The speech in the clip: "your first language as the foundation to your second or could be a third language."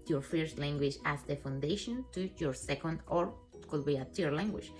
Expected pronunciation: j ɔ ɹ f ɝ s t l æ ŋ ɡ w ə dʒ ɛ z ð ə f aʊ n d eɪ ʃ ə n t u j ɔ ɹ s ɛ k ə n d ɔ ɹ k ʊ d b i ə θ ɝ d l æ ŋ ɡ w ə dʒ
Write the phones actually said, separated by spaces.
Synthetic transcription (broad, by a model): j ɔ ɹ f ɝ s t l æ ŋ ɡ w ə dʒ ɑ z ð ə f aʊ n d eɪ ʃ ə n t u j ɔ ɹ s ɛ k ə n d ɔ ɹ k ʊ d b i ə t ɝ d l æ ŋ ɡ w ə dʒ